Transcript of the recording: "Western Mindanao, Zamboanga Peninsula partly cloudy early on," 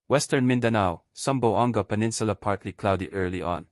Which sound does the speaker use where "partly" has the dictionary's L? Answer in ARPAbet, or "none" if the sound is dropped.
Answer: L